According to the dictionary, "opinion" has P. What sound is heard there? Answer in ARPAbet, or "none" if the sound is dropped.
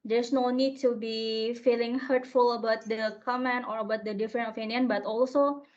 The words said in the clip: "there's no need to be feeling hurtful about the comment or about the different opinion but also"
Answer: F